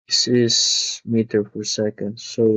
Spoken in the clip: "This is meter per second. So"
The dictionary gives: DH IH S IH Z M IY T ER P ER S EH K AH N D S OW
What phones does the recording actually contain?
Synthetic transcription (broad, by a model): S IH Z M IY T ER F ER S EH K AH N D S OW